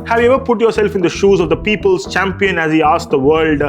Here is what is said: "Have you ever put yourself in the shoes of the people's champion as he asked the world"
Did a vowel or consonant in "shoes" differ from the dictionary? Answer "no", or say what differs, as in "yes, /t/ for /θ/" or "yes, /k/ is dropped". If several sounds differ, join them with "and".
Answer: no